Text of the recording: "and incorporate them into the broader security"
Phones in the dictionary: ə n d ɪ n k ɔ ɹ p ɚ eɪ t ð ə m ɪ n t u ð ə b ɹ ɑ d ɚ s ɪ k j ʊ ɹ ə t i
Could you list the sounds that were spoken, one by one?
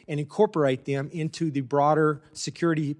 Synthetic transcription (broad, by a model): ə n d ɪ n k ɔ ɹ p ɚ eɪ t ð ə m ɪ n t u ð ə b ɹ ɑ d ɚ s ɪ k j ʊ ɹ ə t i